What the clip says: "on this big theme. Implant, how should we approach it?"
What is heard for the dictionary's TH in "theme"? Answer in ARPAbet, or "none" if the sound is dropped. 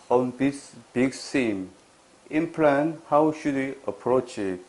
S